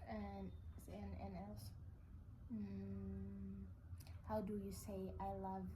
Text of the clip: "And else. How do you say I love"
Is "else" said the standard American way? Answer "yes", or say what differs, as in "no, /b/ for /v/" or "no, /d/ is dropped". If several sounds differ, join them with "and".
no, /n/ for /l/